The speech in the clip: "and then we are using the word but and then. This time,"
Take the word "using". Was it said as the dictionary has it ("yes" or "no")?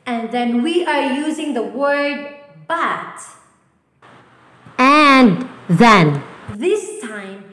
yes